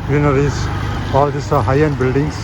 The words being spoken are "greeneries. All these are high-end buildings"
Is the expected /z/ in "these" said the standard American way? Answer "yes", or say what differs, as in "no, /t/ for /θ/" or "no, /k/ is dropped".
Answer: no, /s/ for /z/